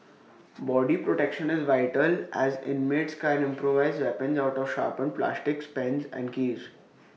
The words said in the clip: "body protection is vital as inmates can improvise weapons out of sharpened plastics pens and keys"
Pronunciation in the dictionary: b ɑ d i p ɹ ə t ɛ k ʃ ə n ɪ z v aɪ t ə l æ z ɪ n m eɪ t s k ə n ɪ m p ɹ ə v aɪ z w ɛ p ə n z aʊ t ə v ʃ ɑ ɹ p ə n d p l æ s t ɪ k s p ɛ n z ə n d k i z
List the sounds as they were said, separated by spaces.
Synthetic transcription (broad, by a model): b ɑ d i p ɹ ə t ɛ k ʃ ə n ɪ z v aɪ t ə l æ z ɪ n m eɪ t s k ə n ɪ m p ɹ ə v aɪ z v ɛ p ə n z aʊ t ə v ʃ ɑ ɹ p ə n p l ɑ s t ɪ k s p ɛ n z ə n d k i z